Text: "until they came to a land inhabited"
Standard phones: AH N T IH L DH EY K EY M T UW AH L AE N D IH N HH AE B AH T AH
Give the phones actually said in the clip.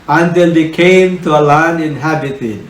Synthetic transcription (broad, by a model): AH N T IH L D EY K EY M T UW AH L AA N IH N HH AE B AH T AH